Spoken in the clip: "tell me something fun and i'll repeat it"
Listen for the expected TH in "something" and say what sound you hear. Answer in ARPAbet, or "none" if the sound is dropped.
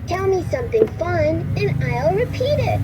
TH